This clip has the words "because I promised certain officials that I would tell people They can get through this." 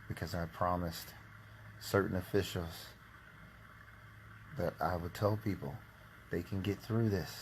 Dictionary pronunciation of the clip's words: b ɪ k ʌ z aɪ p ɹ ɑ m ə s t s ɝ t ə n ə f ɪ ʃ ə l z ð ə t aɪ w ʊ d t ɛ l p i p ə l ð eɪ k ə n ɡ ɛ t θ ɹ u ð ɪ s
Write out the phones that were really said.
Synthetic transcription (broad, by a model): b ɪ k ʌ z aɪ p ɹ ɑ m ə s t s ɝ t n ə f ɪ ʃ l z ð ə t aɪ w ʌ d t ɛ l p i p l ð eɪ k ə n ɡ ɛ t θ ɹ u ð ɪ s